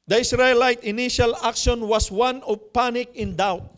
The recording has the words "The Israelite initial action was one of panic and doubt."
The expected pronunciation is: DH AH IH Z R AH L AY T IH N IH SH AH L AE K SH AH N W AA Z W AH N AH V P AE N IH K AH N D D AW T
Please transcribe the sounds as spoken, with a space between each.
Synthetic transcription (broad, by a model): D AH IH S R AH L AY T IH N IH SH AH L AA K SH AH N W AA S W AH N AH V P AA N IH K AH N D D AW T